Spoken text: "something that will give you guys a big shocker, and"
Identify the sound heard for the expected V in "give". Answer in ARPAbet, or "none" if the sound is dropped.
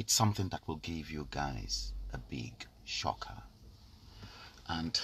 V